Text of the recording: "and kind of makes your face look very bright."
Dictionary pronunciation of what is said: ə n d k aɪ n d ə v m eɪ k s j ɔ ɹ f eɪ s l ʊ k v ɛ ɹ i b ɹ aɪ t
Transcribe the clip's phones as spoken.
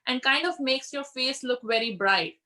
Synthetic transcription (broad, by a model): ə n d k aɪ n d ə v m eɪ k s j ɔ ɹ f eɪ s l ʊ k v ɛ ɹ i b ɹ aɪ t